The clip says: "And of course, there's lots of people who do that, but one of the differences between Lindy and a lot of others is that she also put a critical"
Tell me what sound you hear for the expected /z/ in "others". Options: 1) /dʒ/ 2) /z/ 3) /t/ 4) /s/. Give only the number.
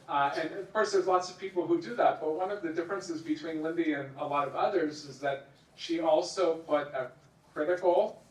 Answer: 2